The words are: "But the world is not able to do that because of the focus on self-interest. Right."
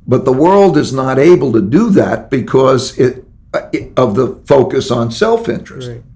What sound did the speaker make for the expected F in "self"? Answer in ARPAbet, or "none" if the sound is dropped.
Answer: F